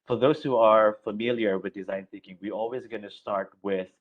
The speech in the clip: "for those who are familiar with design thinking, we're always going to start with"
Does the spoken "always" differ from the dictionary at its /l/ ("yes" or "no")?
no